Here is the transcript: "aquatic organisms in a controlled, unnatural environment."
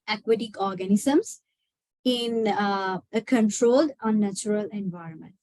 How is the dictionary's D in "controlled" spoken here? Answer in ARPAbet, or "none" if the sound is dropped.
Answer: D